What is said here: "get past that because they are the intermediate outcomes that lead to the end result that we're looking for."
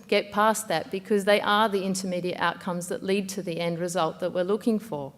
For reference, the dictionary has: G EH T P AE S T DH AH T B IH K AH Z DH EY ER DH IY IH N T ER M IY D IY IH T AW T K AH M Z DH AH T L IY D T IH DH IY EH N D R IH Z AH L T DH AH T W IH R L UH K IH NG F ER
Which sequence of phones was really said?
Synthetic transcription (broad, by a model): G EH T P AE S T DH AH T B IH K AH Z DH EY ER DH IY IH N T ER M IY D IY IH T AW T K AH M Z DH AH T L IY D T IH DH IY EH N D R IH Z AH L T DH AH T W IH R L UH K IH NG F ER